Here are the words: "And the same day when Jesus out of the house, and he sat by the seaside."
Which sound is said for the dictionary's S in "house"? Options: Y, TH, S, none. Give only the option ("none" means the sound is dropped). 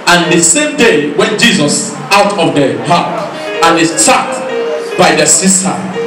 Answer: TH